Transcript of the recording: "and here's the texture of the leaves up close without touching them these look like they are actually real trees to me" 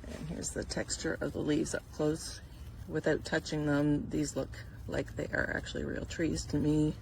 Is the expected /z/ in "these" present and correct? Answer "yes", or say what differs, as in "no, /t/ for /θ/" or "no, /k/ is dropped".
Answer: yes